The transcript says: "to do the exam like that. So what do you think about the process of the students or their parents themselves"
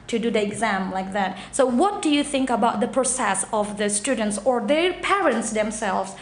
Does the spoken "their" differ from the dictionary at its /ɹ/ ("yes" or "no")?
no